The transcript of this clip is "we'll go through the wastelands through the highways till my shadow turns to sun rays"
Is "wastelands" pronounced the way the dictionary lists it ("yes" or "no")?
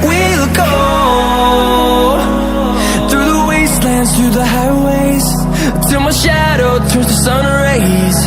yes